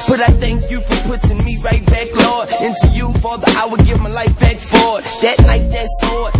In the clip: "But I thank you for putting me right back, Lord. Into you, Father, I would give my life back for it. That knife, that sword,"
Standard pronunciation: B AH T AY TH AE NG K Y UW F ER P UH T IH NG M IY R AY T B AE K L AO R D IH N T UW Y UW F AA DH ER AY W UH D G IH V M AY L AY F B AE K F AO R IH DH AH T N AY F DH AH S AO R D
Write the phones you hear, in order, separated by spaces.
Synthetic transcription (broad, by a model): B AH T AY TH AE NG K Y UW F ER P UH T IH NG M IY R AY T B AE K L AO R D IH N T UW Y UW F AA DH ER AY W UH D G IH V M AY L AY F B AE K F AO R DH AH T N AY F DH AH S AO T